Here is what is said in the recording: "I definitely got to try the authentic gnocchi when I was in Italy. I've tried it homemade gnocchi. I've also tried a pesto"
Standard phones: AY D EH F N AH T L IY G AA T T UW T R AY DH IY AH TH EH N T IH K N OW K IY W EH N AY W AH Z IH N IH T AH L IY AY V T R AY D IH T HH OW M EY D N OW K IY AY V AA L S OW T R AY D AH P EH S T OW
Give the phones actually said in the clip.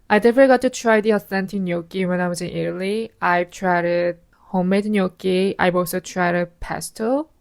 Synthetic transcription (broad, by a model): AY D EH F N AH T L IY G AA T T UW T R AY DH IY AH S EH N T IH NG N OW K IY W EH N AY W AH Z IH N IH T AH L IY AY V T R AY D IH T HH OW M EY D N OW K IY AY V AA L S OW T R AY D AH P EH S T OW